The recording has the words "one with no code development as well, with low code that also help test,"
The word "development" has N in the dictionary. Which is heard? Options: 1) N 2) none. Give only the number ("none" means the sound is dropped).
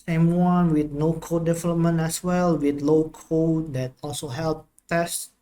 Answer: 1